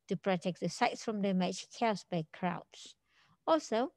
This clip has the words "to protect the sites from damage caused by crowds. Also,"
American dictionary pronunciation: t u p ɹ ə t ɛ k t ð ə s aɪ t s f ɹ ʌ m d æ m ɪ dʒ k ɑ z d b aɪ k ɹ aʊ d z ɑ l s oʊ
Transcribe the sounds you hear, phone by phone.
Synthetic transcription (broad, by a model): t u p ɹ ə t ɛ k t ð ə s aɪ t s f ɹ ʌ m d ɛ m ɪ tʃ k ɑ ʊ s b aɪ k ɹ aʊ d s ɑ l s oʊ